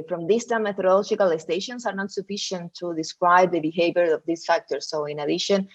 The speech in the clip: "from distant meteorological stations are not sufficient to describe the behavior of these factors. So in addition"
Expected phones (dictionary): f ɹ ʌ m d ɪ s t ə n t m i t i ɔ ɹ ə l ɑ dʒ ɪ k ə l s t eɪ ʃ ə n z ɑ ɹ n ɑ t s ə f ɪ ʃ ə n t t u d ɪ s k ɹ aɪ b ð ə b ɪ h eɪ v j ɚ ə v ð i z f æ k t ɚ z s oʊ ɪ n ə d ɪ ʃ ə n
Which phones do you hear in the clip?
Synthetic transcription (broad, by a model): f ɹ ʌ m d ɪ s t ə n m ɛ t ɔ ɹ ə l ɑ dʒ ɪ k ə l s t eɪ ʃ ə n s ɑ ɹ n ɑ t s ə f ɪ ʃ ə n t t u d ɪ s k ɹ aɪ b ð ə b ɪ h eɪ v j ɚ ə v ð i s f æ k t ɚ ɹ s oʊ ɪ n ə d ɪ ʃ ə n